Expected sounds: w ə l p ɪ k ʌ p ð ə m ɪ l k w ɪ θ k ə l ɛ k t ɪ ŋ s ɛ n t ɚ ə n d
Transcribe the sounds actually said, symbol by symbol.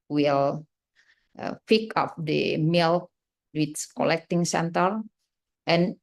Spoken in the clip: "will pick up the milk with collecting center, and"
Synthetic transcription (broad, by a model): w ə l f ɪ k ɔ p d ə m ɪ l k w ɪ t k ə l ɛ k t ɪ ŋ s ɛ n t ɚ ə n